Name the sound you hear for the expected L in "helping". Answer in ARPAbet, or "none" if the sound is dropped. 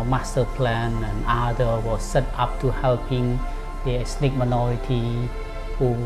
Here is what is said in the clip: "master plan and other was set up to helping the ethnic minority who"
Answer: L